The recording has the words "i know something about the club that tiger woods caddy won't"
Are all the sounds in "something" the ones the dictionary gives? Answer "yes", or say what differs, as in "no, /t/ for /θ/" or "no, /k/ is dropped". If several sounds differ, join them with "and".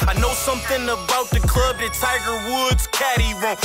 yes